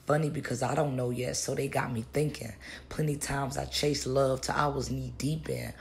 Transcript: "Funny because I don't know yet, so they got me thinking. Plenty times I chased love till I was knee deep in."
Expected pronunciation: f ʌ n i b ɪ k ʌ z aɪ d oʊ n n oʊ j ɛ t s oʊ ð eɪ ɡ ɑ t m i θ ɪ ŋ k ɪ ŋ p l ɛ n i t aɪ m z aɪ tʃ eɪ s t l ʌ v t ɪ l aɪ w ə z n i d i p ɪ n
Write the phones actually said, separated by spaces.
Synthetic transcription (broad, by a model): f ʌ n i b ɪ k ʌ z aɪ d oʊ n n oʊ j ɛ t s oʊ ð eɪ ɡ ɑ t m i θ ɪ ŋ k ɪ ŋ p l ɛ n i t aɪ m z aɪ tʃ eɪ s l ʌ v t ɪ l aɪ w ə z n i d i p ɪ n